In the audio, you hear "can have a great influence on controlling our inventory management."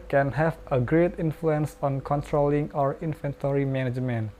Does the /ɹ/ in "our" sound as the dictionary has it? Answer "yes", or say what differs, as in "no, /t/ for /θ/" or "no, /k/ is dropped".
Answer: yes